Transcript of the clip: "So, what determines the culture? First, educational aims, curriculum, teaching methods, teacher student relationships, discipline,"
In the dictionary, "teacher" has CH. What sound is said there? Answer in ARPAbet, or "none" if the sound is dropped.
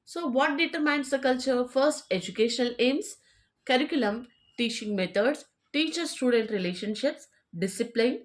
CH